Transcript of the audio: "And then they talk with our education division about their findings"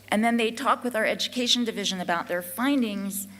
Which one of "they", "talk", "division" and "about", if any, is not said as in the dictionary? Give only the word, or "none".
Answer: none